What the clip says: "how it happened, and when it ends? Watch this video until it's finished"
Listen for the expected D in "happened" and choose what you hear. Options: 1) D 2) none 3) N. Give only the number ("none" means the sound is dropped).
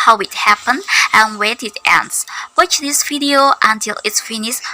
2